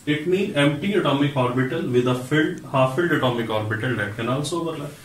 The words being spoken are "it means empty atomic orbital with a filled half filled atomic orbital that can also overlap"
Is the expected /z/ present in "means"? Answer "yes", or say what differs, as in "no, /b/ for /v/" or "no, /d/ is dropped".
no, /z/ is dropped